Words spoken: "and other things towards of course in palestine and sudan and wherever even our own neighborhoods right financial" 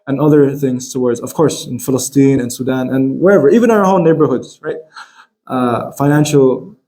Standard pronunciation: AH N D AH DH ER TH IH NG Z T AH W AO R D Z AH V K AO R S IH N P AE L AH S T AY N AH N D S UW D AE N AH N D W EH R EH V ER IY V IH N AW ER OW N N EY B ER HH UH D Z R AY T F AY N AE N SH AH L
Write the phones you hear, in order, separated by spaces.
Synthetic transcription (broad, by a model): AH N AH DH ER TH IH NG Z T AH W AO R D Z AH V K AO R S IH N F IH L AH S T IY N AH N S UW D AE N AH N W EH R EH V ER IY V IH N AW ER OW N N EY B ER HH UH D Z R AY T F AY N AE N SH L